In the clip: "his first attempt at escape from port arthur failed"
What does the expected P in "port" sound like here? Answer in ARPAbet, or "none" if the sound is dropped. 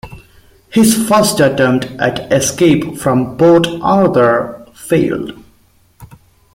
B